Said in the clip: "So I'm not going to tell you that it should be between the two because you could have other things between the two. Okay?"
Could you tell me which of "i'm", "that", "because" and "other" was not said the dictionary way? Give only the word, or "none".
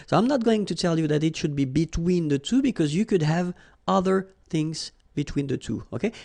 none